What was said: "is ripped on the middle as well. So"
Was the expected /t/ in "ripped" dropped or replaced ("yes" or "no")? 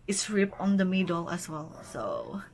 yes